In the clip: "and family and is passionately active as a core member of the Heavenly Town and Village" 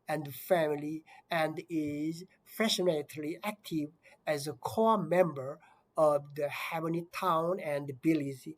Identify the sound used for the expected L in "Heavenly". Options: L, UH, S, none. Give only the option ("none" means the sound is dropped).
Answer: none